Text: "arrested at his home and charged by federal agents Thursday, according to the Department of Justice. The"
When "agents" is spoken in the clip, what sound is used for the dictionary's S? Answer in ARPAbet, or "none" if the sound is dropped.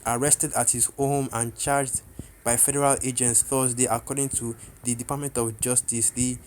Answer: S